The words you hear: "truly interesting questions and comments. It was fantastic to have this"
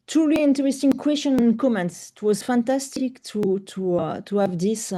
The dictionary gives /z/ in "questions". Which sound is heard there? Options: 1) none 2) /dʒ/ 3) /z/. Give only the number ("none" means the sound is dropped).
1